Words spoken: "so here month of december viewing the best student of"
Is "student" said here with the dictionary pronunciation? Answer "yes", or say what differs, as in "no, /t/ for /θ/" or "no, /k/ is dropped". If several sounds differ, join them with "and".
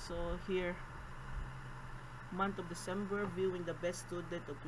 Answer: no, /n/ is dropped